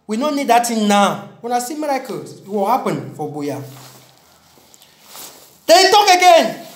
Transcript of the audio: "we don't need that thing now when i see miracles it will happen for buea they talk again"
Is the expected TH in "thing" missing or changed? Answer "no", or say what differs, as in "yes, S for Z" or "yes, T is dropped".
yes, T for TH